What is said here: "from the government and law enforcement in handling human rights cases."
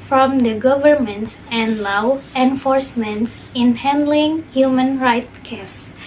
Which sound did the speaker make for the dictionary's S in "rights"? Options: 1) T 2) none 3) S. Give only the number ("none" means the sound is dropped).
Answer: 2